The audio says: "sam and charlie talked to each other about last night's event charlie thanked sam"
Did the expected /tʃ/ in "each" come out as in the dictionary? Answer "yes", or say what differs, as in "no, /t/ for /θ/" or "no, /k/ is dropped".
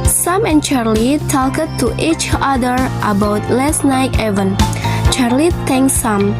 yes